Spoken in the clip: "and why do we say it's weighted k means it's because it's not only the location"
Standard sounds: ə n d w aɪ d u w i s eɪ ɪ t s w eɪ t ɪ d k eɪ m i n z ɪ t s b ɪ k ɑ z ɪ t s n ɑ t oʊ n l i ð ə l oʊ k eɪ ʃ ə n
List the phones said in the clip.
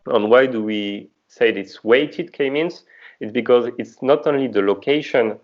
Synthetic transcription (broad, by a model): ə n w aɪ d u w i s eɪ ɪ t s w eɪ t ɪ d k eɪ m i n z ɪ t s b ɪ k ɑ z ɪ t s n ɑ t oʊ n l i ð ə l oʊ k eɪ ʃ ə n